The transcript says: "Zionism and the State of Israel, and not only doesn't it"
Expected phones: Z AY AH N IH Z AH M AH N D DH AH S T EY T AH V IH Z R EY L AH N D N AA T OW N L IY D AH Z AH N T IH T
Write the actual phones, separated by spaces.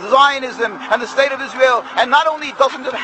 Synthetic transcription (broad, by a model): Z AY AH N IH Z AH M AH N DH AH S T EY T AH V IH Z R EY L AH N N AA T OW N L IY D AH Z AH N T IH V